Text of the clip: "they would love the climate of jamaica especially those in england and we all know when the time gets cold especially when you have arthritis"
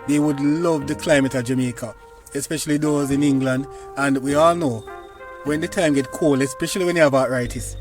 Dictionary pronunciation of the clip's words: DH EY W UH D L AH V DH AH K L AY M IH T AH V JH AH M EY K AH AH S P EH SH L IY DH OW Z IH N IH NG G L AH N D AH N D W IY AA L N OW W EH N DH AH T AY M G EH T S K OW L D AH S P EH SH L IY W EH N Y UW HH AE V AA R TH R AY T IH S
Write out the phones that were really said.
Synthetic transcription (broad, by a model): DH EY W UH D L AH V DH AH K L AY M IH T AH JH AH M EY K AH AH S P EH SH L IY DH OW Z IH N IH NG G L AH N D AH N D W IY AA L N OW W EH N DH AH T AY M G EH T K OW L AH S P EH SH L IY W EH N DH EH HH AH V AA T R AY T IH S